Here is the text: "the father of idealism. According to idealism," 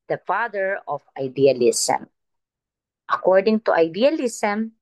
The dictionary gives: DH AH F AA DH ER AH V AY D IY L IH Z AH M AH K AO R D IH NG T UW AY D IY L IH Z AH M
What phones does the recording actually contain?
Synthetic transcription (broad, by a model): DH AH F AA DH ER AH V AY D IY L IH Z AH M AH K AO R D IH NG T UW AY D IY L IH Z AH M